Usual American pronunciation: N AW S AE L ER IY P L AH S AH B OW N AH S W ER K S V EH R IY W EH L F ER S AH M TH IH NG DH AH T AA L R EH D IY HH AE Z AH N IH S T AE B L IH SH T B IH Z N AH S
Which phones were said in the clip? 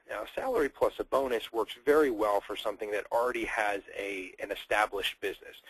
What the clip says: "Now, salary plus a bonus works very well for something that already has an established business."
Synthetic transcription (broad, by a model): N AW S AE L ER IY P L AH S AH B OW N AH S W ER K S V EH R IY W EH L F ER S AH M TH IH NG DH AH T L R EH D IY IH Z AH N IH S T AE B L IH SH T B IH Z N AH S